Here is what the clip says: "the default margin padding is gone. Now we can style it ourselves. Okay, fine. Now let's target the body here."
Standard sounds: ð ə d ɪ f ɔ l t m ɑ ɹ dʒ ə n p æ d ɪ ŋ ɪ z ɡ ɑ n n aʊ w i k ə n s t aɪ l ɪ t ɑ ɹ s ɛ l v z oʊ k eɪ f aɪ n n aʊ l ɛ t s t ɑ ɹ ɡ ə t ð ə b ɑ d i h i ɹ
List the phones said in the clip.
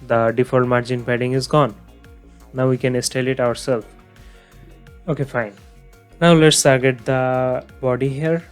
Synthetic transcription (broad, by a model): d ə d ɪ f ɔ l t m ɑ ɹ dʒ ə n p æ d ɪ ŋ ɪ z ɡ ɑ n n aʊ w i k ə n s t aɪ l ɪ t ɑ ɹ s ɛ l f oʊ k eɪ f aɪ n n aʊ l ɛ t s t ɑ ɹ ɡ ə t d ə b ɑ d i h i ɹ